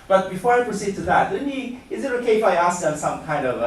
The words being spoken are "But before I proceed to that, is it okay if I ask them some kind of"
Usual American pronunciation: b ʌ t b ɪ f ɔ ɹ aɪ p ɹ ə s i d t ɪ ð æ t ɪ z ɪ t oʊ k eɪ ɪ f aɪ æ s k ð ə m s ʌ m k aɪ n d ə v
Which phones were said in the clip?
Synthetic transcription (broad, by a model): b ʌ t b ɪ f ɔ ɹ aɪ p ɹ ə s i d t ɪ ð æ t ɪ z ɪ t oʊ k eɪ ɪ f aɪ æ s k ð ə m s ʌ m k aɪ n d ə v